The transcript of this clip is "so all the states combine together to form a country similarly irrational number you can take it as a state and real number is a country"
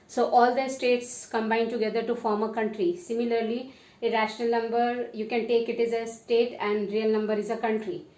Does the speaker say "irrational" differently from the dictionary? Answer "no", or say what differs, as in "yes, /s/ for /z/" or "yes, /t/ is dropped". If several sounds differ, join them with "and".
no